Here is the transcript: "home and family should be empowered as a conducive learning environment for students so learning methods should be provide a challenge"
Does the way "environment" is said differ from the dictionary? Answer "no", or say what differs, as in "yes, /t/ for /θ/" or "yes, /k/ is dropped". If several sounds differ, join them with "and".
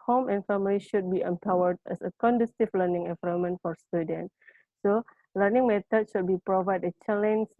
yes, /ɹ/ is dropped